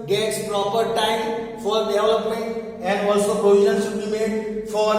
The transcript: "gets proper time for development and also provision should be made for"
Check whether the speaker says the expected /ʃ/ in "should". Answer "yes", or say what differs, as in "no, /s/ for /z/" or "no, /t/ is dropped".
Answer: no, /s/ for /ʃ/